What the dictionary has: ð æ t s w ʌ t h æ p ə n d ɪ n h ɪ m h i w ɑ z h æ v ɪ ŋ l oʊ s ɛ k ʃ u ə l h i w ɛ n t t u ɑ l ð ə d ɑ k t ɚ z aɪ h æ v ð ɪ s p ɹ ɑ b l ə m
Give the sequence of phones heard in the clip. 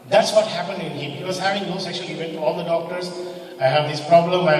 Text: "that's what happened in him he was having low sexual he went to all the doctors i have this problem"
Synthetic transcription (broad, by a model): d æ t s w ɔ t h æ p ə n d ɪ n h ɪ m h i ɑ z h æ v ɪ ŋ n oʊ s ɛ k ʃ u ə l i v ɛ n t t u ɑ l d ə d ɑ k t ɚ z aɪ h æ v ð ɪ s p ɹ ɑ b l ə m